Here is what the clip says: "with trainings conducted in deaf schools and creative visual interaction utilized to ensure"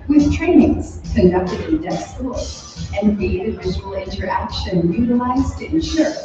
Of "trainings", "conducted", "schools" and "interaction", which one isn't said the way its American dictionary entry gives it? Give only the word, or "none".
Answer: schools